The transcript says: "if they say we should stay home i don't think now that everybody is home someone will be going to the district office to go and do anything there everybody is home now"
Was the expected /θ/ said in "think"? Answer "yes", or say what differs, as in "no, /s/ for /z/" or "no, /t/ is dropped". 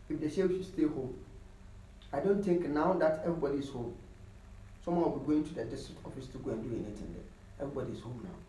no, /t/ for /θ/